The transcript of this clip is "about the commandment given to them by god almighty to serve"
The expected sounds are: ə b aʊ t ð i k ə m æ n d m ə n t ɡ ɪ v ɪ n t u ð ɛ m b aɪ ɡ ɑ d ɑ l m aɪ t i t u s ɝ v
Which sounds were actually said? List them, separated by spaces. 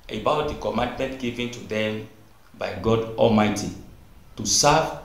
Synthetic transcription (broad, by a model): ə b aʊ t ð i k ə m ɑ n d m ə n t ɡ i v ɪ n t u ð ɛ m b aɪ ɡ ɑ d ɑ l m aɪ t i t u s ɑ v